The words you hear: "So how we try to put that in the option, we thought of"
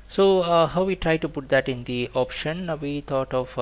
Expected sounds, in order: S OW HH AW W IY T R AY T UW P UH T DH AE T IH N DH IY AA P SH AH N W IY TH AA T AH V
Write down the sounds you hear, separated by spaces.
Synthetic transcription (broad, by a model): S OW HH AW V IY T R AY T UW P UH T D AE T IH N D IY AA P SH AH N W IY T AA T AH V